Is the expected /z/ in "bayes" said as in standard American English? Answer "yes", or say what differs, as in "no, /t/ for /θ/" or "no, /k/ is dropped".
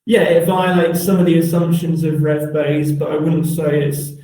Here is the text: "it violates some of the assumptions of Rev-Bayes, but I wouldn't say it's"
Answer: yes